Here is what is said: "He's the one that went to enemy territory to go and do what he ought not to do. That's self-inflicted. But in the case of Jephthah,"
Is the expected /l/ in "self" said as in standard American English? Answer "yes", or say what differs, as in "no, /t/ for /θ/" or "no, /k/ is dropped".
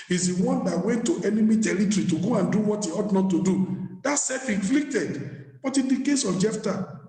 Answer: no, /l/ is dropped